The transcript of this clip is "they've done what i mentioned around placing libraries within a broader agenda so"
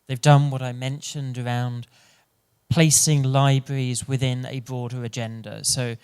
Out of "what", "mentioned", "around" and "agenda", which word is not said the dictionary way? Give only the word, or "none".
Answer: none